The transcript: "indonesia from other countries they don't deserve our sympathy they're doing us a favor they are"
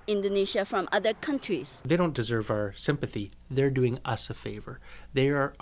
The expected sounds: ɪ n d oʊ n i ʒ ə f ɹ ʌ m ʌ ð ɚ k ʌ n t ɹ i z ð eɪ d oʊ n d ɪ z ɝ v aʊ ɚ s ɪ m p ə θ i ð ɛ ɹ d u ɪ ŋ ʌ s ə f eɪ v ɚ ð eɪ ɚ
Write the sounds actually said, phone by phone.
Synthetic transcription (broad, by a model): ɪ n d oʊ n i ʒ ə f ɹ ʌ m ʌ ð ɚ k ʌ n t ɹ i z ð eɪ d oʊ n d ɪ z ɝ v aʊ ɚ s ɪ m p ə θ i ð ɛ ɹ d u ɪ ŋ ʌ s ə f eɪ v ɚ ð eɪ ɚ